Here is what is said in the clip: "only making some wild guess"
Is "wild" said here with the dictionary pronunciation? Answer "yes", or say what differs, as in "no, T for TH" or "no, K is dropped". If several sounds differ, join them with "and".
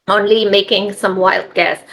yes